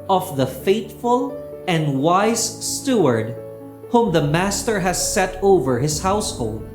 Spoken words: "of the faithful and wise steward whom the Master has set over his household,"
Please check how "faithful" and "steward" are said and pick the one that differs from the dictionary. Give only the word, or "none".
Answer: faithful